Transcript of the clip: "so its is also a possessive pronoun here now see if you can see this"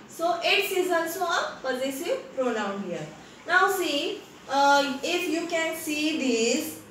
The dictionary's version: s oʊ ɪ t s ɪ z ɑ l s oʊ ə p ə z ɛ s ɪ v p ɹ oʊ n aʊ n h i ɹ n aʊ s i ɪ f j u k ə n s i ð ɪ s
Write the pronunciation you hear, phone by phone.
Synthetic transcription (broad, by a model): s oʊ ɪ t s ɪ z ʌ n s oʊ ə p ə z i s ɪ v p ɹ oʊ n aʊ n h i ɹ n aʊ s i ɪ f j u k ə n s i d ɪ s